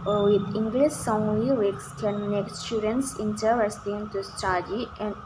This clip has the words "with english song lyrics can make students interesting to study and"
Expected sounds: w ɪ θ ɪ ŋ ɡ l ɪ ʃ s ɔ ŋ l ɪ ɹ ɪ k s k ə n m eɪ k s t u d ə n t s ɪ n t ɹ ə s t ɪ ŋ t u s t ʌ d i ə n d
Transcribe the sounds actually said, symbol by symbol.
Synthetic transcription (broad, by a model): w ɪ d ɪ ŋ ɡ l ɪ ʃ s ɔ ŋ w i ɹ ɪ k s k ə n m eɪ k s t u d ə n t s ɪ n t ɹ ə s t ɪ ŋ t u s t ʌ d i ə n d